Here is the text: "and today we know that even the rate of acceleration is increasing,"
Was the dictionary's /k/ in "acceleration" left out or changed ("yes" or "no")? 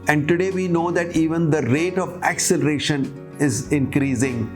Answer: no